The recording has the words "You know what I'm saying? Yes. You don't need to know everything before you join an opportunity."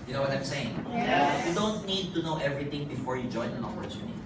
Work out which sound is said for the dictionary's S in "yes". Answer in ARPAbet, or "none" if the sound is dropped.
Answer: none